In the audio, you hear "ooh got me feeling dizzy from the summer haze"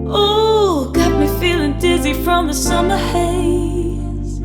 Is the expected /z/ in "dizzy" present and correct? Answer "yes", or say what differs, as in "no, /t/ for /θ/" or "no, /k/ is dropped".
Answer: yes